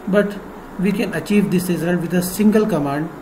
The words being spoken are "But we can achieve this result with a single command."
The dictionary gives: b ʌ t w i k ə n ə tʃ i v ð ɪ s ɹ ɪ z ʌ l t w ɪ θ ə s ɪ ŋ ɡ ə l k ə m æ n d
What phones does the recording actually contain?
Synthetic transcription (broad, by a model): b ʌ t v i k ə n ə tʃ i v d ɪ s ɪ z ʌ n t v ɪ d ə s ɪ ŋ ɡ ə l k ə m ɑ n d